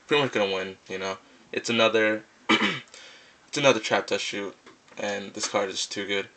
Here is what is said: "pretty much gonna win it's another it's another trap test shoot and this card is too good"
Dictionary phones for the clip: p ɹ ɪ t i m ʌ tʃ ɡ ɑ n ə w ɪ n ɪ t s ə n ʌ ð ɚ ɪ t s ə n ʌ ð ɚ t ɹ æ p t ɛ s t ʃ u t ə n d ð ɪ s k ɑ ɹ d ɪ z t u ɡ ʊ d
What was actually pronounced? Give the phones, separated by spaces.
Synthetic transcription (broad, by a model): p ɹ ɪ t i m ʌ tʃ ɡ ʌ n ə w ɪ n ɪ t s ə n ʌ ð ɚ ɪ t s ə n ʌ ð ɚ t ɹ æ p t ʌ ʃ u t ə n ð ɪ s k ɑ ɹ d ɪ z t u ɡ ʊ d